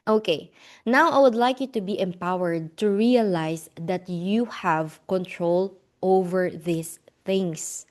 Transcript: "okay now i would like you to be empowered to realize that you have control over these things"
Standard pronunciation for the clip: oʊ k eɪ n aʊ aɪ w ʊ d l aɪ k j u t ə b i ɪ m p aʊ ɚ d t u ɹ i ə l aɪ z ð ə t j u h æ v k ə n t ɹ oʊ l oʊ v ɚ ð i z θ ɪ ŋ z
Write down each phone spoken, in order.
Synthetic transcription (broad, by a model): oʊ k eɪ n aʊ aɪ w ʊ d l aɪ k j u t ə b i ɪ m p aʊ ɚ d t u ɹ i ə l aɪ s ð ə t j u h æ v k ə n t ɹ oʊ l oʊ v ɚ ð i s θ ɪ ŋ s